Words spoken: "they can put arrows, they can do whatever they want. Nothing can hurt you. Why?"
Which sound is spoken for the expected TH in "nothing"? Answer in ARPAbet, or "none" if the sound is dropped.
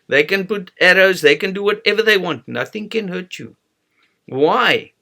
TH